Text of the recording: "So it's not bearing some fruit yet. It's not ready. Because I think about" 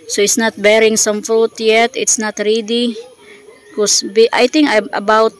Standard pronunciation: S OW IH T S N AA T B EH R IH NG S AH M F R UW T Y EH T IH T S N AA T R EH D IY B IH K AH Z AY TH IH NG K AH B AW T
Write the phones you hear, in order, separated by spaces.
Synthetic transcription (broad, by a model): S OW IH T S N AA T B EH R IH NG S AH M F R UW T Y EH T IH T S N AA T R EH D IY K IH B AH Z AY T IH NG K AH B AW T